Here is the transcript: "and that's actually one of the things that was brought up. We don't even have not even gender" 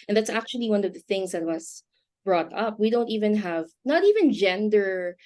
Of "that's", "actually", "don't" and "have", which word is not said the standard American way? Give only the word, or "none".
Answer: none